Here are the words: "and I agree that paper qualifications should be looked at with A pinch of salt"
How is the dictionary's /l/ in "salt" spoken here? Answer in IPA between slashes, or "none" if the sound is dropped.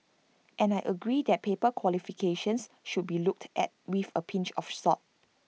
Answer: none